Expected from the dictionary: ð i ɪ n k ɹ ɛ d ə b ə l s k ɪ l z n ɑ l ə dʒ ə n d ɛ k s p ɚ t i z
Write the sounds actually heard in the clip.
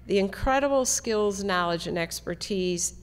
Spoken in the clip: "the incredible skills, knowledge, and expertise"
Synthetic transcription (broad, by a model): ð i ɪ n k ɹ ɛ d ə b l s k ɪ l z n ɑ l ə dʒ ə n ɛ k s p ɚ t i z